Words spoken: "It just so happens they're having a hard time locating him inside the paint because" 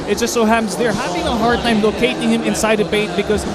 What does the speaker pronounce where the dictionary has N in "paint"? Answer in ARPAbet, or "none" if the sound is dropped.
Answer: none